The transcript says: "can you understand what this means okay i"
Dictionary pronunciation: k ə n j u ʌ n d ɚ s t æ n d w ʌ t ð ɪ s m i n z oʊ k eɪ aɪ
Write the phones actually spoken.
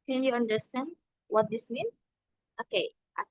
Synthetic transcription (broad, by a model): k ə n j u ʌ n d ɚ s t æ n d w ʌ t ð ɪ s m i n oʊ k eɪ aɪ